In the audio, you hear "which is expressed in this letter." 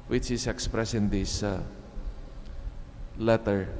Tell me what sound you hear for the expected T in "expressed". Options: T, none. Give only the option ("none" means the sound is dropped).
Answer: none